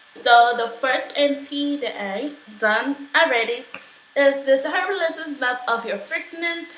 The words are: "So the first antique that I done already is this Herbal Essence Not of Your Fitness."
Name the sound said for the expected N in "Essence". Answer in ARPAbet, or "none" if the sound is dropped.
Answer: none